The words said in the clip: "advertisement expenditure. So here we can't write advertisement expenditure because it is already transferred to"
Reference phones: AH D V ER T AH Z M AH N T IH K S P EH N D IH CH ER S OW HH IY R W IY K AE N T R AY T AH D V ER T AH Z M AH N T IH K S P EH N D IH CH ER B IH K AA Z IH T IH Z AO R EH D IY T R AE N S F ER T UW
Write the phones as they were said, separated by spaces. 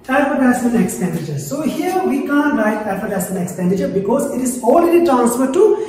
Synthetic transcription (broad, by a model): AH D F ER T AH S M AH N IH K S P EH N D IH CH ER S OW HH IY R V IY K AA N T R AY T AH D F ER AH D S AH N IH K S P EH N D IH CH ER B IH K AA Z IH T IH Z AO L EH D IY T R AE N S F ER T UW